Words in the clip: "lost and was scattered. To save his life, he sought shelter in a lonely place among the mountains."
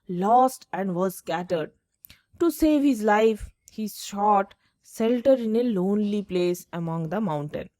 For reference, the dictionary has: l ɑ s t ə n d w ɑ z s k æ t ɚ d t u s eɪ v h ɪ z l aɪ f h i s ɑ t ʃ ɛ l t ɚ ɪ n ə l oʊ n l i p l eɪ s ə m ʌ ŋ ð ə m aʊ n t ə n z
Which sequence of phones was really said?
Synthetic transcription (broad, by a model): l ɑ s t ə n d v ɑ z s k æ t ɚ d t u s eɪ v h ɪ z l aɪ f h i ʃ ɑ t s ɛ l t ɚ ɪ n ə l oʊ n l i p l eɪ s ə m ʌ ŋ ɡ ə m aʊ n t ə n